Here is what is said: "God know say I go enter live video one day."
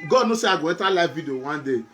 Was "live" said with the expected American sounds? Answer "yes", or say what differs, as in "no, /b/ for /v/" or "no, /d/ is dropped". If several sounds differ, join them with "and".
no, /f/ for /v/